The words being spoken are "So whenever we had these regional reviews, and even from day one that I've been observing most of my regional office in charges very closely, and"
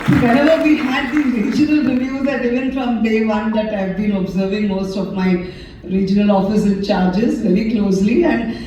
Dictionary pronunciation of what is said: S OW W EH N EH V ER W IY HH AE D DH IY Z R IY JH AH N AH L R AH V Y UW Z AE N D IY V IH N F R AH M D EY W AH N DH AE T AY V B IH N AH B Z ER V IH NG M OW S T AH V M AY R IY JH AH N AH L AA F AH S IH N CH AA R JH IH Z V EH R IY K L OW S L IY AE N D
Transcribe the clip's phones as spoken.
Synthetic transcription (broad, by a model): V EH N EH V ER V IY HH AE D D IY R IY JH AH N AH L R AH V Y UW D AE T IY V IH N F R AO M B EY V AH N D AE T AY V B IH N AH B Z ER V IH NG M OW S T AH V M AY R IY JH AH N AH L AA F AH S IH N CH AA R JH IH Z V EH R IY K L OW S L IY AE N D